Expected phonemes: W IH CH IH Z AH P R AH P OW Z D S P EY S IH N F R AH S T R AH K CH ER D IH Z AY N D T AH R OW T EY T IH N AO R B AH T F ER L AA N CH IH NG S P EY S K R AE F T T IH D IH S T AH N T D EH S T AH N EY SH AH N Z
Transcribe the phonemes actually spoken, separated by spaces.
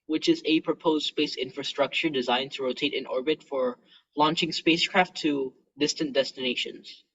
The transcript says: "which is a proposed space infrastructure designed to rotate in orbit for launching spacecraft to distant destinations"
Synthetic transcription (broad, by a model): W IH CH IH Z AH P R AH P OW Z D S P EY S IH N F R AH S T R AH K CH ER D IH Z AY N T AH R OW T EY T IH N AO R B AH T F ER L AA N CH IH NG S P EY S K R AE F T T IH D IH S T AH N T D EH S T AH N EY SH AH N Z